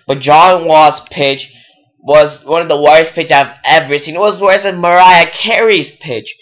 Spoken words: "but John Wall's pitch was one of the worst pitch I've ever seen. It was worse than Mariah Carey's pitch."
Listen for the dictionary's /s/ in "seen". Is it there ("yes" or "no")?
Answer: no